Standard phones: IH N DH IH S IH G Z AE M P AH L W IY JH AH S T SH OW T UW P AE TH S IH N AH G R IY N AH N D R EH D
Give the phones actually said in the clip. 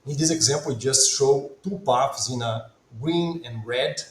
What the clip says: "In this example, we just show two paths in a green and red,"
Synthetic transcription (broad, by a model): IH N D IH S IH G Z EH M P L W IY JH AH S T SH OW T UW P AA F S IH N AH G R IY N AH N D R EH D